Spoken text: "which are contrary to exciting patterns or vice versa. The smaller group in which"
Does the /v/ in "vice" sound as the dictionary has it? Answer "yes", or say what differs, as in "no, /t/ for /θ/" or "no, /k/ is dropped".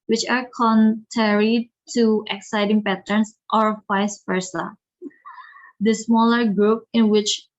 no, /f/ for /v/